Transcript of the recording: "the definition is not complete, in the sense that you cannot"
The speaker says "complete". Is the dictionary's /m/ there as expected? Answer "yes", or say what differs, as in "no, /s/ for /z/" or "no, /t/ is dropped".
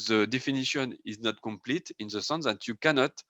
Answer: yes